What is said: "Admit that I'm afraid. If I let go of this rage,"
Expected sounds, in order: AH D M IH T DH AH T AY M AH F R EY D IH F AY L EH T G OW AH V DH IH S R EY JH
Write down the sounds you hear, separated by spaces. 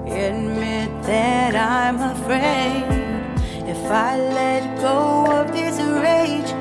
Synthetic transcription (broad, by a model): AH D M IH T DH AH T AY M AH F R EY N IH F AY L EH T G OW AH P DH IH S R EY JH